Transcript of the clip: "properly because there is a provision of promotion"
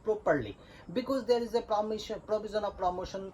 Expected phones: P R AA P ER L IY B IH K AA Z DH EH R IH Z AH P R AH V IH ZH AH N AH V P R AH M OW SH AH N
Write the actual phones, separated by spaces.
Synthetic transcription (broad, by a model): P R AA P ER L IY B IH K AA Z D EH R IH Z AH P R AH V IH Z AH N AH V P R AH M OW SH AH N